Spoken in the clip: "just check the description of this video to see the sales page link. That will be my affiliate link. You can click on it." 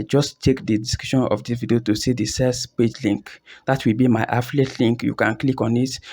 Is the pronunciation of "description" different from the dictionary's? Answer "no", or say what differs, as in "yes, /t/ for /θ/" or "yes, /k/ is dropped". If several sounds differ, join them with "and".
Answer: yes, /ɹ/ is dropped and /p/ is dropped